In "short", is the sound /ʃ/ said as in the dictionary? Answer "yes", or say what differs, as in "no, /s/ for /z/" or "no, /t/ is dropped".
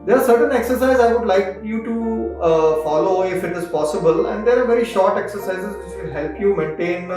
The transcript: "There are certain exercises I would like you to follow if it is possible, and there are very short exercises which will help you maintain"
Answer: yes